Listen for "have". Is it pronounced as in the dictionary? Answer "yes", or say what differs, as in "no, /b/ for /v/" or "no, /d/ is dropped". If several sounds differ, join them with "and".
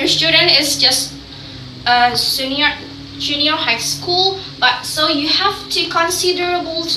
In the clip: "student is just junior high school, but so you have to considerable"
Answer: no, /f/ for /v/